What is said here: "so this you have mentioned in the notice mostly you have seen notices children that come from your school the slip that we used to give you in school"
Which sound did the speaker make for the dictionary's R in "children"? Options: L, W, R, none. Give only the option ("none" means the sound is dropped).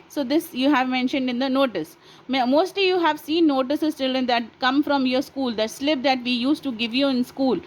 none